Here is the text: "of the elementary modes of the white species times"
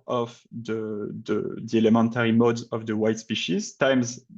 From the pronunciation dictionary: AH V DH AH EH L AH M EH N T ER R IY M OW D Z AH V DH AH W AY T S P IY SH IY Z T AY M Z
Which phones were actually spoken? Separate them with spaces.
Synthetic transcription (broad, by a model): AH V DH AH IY L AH M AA N T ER R IY M OW D Z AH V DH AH W AY T S P IY SH IY Z T AY M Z